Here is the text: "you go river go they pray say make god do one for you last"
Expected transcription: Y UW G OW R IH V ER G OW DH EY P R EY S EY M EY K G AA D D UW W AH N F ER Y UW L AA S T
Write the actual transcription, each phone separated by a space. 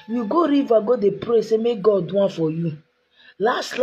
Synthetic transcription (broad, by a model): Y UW G OW R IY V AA G OW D EY P R EY S EY M EY K G AA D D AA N F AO Y UW L AA S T